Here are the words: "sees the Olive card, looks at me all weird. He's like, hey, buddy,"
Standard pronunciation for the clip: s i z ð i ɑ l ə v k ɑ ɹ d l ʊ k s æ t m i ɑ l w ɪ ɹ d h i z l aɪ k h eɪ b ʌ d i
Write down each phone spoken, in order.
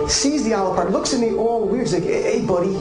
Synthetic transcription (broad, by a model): s i z ð i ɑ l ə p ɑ ɹ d l ʊ k s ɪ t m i ɑ l w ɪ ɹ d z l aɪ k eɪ b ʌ d i